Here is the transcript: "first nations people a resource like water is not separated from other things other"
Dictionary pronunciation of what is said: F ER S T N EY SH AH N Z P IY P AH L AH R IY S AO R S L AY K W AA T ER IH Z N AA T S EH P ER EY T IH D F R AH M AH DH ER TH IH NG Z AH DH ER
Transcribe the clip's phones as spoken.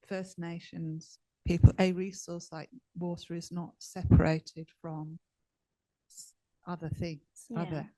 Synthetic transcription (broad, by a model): F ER S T N EY SH AH N Z P IY P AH L AH R IY S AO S L AY K W AA T ER IH Z N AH T S EH P ER EY T IH D F R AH M AH DH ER TH IH NG Z AH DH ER